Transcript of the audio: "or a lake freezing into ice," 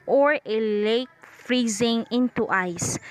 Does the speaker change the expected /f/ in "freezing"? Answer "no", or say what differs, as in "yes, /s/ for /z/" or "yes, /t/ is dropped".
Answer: no